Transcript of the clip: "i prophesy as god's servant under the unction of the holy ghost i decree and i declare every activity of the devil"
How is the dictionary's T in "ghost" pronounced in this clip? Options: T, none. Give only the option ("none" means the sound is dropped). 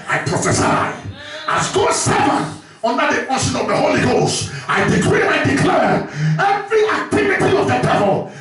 T